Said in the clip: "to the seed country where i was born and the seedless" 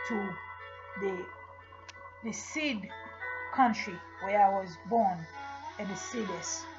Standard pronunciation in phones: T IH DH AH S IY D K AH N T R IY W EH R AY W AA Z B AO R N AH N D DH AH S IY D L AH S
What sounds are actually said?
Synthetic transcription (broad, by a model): T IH DH AH S IY D K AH N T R IY W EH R AY W AA Z B AO R N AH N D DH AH S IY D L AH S